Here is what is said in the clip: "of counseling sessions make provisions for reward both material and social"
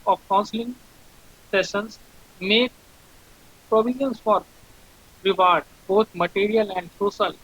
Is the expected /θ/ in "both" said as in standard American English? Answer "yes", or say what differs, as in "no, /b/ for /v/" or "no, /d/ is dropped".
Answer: no, /t/ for /θ/